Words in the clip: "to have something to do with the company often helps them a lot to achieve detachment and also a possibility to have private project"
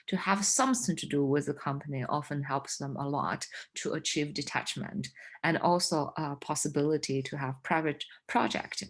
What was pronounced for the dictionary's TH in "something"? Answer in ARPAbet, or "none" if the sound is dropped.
TH